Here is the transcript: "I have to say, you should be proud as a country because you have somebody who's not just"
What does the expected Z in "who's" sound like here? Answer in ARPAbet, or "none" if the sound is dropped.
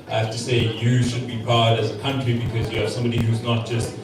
Z